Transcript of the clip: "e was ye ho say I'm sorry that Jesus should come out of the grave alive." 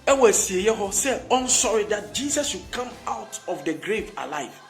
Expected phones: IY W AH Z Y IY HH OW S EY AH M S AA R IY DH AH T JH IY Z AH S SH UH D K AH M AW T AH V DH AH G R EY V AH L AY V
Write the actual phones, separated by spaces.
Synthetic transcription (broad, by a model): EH W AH S Y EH HH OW S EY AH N S AA R IY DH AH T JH IY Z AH S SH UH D K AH M AW T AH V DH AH G R EY V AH L AY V